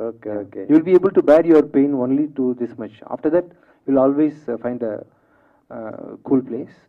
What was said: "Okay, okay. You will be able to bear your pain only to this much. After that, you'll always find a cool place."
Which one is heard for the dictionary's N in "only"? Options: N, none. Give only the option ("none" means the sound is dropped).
N